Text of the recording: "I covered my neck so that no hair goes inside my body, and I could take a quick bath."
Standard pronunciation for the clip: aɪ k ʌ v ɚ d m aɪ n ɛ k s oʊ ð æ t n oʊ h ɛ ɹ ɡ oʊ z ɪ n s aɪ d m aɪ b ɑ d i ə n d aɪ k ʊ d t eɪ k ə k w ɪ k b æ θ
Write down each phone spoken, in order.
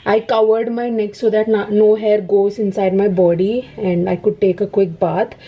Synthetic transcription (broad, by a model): aɪ k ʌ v ɚ d m aɪ n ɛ k s oʊ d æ t n oʊ h ɛ ɹ ɡ oʊ z ɪ n s aɪ d m aɪ b ɑ d i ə n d aɪ k ʊ d t eɪ k ə k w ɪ k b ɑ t